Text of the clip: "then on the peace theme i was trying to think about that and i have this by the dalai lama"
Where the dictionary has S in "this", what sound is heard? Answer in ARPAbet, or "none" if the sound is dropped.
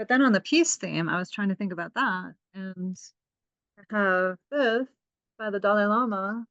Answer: TH